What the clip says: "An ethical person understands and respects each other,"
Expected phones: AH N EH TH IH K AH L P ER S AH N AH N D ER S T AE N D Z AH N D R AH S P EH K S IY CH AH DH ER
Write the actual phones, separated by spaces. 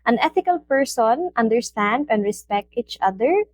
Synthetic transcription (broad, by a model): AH N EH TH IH K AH L P ER S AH N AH N D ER S T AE N D AH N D R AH S P EH K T IY CH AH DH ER